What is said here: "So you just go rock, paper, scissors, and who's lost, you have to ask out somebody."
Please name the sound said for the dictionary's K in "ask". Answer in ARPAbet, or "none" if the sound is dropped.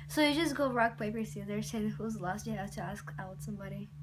K